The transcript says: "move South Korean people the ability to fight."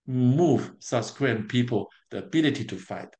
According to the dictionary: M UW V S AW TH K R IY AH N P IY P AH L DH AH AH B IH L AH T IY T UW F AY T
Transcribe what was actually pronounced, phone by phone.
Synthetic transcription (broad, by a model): M UW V S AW S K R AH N P IY P AH L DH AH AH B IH L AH T IY T UW F AY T